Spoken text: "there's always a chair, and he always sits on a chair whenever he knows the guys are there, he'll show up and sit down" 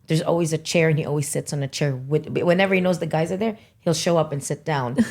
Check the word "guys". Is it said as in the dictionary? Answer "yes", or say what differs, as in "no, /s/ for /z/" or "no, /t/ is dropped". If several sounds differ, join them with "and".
yes